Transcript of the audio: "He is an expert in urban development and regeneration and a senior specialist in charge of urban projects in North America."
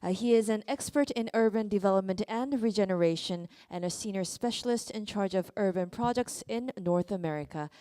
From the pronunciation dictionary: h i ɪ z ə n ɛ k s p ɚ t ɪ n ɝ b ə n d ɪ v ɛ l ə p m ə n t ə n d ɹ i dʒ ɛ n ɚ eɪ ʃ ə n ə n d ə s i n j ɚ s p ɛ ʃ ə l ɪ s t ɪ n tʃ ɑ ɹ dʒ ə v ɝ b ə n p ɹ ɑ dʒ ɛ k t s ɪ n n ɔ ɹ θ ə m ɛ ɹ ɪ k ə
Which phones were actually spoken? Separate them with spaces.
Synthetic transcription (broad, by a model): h i ɪ z ə n ɛ k s p ɚ t ɪ n ɝ b ə n d ɪ v ɛ l ə p m ə n t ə n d ɹ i dʒ ɛ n ɚ eɪ ʃ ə n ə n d ə s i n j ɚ s p ɛ ʃ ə l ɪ s t ɪ n tʃ ɑ ɹ dʒ ə v ɝ b ə n p ɹ ɑ dʒ ɛ k t s ɪ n n ɔ ɹ θ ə m ɛ ɹ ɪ k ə